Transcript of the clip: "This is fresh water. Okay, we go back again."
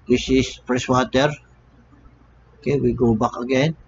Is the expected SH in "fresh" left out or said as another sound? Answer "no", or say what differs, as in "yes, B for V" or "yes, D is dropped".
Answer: yes, S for SH